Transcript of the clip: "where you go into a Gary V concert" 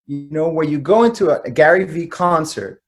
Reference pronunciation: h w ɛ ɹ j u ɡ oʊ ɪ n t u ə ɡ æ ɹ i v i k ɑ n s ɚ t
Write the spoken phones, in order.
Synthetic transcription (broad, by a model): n w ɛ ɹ j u ɡ oʊ ɪ n t u ə ɡ æ ɹ i v i k ɑ n s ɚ t